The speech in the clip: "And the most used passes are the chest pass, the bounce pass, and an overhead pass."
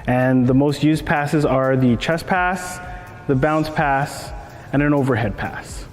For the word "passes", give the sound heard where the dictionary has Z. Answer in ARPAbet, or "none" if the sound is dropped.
Z